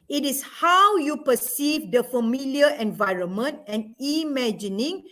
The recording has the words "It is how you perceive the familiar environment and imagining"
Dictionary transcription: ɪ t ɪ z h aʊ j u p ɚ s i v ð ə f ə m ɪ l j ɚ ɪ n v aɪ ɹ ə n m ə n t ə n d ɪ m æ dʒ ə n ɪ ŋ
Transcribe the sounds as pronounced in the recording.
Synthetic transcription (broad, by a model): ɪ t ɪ s h aʊ j u p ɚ s i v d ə f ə m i l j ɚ ɪ n v aɪ ɹ ə n m ə n t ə n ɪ m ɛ dʒ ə n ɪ ŋ